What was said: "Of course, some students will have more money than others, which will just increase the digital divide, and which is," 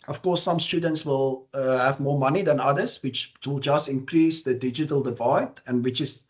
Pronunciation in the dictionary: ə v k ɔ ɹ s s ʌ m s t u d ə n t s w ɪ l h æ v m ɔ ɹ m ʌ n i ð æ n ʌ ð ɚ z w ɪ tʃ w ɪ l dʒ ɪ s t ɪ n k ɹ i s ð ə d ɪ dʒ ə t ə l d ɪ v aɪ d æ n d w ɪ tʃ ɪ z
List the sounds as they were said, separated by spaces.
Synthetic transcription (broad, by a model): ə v k ɔ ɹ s s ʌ m s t u d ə n t s w ɪ l h æ v m ɔ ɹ m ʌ n i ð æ n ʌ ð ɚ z w ɪ tʃ w ɪ l dʒ ɪ s t ɪ n k ɹ i s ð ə d ɪ dʒ ə t ə l d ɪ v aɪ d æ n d w ɪ tʃ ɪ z